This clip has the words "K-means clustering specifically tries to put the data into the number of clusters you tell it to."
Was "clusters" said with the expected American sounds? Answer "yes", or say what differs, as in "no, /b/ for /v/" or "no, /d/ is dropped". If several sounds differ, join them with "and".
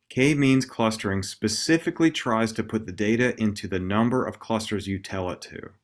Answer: yes